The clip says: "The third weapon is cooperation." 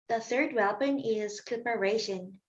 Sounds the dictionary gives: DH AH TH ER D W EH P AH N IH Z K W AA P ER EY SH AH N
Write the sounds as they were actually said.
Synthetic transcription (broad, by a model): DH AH TH ER D W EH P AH N IH Z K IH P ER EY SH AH N